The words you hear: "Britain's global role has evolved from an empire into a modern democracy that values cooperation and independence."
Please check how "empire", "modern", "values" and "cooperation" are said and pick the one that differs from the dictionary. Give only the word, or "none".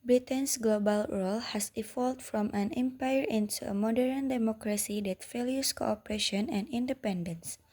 values